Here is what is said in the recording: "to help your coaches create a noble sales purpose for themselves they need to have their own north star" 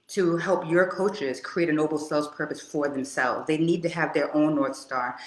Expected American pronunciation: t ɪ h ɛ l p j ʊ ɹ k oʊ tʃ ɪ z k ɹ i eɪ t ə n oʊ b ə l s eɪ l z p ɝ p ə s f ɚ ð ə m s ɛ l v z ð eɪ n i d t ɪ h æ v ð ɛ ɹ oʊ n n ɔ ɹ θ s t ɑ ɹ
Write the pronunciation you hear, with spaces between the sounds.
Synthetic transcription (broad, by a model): t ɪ h ɛ l p j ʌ ɹ k oʊ tʃ ɪ z k ɹ i eɪ t ə n oʊ b l s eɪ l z p ɝ p ə s f ɚ ð ə m s ɛ l v z ð eɪ n i d t ɪ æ v ð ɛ ɹ oʊ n n ɔ ɹ θ s t ɑ ɹ